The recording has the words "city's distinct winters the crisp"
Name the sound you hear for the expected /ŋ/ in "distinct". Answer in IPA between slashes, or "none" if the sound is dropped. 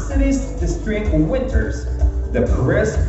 none